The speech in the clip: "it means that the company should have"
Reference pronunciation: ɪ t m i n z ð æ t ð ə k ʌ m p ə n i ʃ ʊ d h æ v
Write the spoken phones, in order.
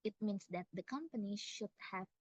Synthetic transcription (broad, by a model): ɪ t m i n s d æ t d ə k ʌ m p ə n i ʃ ʊ d h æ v